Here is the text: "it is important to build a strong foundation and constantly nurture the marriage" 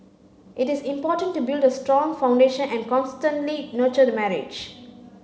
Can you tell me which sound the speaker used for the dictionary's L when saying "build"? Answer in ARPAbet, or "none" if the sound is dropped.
L